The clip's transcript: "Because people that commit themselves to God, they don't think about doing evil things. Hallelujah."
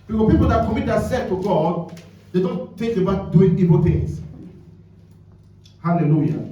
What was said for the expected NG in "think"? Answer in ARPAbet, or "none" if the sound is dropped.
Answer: none